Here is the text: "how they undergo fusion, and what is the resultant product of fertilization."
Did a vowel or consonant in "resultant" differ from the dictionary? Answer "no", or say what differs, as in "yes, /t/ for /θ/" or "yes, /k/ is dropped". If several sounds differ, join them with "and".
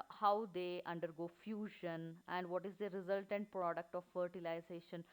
no